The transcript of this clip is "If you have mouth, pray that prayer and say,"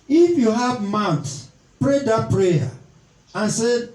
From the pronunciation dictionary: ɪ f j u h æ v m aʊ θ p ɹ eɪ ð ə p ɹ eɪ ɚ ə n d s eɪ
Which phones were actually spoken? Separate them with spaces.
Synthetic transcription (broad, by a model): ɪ f j u h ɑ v m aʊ s p ɹ eɪ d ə p ɹ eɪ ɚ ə n s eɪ